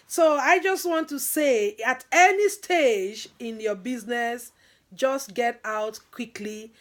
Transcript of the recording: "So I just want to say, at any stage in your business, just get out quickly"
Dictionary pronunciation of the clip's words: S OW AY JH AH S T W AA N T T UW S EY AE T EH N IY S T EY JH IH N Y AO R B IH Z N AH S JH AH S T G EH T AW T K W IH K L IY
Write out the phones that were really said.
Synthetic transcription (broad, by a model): S OW AY JH AH S T W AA N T T UW S EY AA T EH N IY S T EY JH IH N Y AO B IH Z N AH S JH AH S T G EH T AW T K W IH K L IY